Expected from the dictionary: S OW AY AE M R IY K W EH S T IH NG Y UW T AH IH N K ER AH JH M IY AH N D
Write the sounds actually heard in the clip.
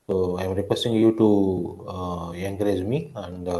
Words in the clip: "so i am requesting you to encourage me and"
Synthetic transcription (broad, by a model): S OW AY M R IY K W EH S T IH NG Y UW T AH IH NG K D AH Z M IY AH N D